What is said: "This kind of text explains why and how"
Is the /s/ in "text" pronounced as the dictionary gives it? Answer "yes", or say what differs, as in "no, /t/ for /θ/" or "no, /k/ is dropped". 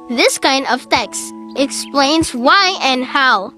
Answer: yes